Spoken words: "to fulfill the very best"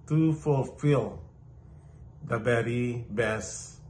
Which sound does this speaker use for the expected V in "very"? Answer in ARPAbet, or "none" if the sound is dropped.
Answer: B